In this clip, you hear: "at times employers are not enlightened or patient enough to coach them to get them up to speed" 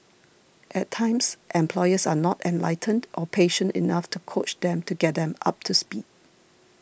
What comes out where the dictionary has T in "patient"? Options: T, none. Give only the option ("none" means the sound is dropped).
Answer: T